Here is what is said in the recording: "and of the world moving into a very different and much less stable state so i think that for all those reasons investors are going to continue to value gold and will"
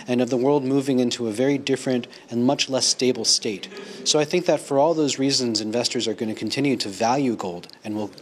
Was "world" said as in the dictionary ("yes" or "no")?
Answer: yes